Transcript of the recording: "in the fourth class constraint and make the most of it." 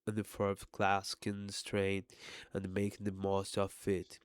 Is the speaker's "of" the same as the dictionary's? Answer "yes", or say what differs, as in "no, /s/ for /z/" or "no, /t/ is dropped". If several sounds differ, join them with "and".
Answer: no, /f/ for /v/